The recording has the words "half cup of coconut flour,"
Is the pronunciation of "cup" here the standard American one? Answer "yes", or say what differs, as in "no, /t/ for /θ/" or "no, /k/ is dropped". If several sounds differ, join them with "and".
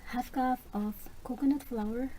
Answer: no, /f/ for /p/